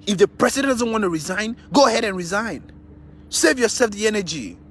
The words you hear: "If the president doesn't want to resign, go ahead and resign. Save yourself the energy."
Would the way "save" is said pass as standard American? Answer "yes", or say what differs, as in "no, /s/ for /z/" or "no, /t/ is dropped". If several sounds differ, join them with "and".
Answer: yes